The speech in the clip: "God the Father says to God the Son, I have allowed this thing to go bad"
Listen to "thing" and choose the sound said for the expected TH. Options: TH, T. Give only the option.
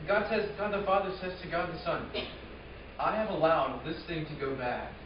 TH